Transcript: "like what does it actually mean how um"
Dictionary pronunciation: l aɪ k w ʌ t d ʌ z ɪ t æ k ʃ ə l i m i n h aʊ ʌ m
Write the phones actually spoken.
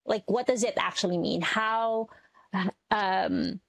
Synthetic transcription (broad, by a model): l aɪ k w ʌ t d ʌ z ɪ t æ k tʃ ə l i m i n h aʊ ʌ m